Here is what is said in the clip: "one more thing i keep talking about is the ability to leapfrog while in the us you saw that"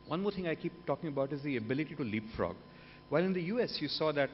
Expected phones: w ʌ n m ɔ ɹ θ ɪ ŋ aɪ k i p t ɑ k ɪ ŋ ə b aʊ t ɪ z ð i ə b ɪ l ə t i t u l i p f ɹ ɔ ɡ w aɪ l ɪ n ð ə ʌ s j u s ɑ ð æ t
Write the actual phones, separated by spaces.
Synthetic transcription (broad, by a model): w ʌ n m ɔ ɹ t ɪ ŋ aɪ k i p t ɑ k ɪ ŋ ə b aʊ t ɪ z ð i ə b ɪ l ə t i t u l i p f ɹ ɔ ɡ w aɪ l ɪ n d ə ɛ s j u s ɑ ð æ t